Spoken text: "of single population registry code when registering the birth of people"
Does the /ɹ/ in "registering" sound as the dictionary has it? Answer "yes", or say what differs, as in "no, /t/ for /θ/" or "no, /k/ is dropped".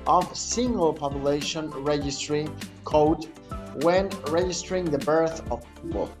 yes